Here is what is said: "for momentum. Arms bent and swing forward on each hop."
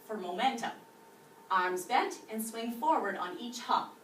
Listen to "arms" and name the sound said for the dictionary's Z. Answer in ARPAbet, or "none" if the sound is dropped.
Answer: Z